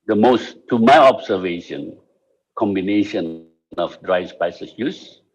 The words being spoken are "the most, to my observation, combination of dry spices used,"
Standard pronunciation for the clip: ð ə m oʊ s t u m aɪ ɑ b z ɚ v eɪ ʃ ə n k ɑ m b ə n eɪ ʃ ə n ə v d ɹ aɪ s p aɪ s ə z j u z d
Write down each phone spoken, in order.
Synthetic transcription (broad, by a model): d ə m oʊ s t u m aɪ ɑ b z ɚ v eɪ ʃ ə n k ɑ m b ə n eɪ ʃ ə n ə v d ɹ aɪ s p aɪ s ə s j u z